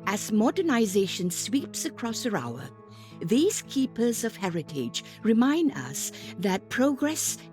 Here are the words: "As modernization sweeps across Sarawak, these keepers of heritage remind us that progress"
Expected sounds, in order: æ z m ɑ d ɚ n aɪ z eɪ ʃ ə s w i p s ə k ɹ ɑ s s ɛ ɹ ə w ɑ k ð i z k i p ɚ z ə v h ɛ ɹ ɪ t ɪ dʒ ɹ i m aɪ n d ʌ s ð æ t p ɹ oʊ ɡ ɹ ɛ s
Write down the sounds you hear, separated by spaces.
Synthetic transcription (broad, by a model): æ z m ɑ d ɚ n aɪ z eɪ ʃ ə s w i p s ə k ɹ ɑ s s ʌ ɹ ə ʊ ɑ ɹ ð i z k i p ɚ z ə v h ɛ ɹ ɪ t ɪ dʒ ɹ i m aɪ n d ʌ s ð æ t p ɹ oʊ ɡ ɹ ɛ s